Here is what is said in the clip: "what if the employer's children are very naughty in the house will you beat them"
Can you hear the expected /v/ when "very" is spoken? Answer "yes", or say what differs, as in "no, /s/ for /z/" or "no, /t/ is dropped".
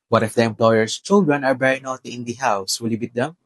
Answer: no, /b/ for /v/